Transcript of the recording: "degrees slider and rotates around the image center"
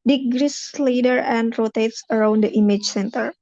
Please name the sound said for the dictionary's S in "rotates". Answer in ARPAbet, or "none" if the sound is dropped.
S